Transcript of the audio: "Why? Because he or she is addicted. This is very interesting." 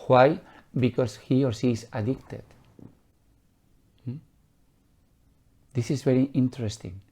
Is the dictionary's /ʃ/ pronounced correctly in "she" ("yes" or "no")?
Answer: no